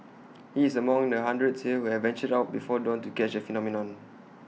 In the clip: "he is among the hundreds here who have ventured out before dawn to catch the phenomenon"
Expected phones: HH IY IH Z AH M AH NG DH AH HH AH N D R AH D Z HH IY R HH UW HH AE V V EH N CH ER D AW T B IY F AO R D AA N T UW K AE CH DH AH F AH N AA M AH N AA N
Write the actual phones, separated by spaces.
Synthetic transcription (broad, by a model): HH IY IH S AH M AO NG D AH HH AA N D R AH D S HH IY HH UW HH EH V V EH N CH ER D AW T B IY F AO D AA N T UW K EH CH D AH F AH N AA M AH N AA N